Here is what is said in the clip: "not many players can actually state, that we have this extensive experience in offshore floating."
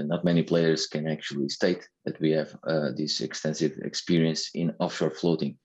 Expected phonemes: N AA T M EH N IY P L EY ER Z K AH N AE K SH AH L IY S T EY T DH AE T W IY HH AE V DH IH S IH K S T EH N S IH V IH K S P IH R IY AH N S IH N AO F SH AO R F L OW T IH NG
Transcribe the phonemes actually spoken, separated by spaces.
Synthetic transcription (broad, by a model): N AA T M EH N IY P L EY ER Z K AH N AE K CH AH L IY S T EY T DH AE T W IY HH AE V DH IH S IH K S T EH N S IH V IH K S P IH R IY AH N S IH N AO F SH AO R F L OW T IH NG